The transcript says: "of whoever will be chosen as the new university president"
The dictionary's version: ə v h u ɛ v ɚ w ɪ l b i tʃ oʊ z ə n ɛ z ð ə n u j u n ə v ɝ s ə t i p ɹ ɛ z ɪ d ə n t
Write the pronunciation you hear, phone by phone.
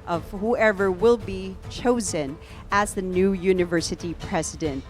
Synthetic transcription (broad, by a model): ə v h u ɛ v ɚ w ɪ l b i tʃ oʊ z ə n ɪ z ð ə n u j u n ə v ɝ s ə t i p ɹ ɛ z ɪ d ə n t